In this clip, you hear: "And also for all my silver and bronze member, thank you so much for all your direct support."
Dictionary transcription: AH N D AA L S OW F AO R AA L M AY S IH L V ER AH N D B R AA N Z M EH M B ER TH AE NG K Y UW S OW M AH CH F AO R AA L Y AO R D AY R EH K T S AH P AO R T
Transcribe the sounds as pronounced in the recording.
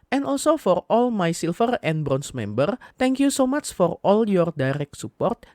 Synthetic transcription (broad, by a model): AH N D AA L S OW F AO R AA L M AY S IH L F ER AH N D B R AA N S M EH M B ER T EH NG K Y UW S OW M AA CH F AO R AA L Y AO R D AY R EH K T S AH P AO R T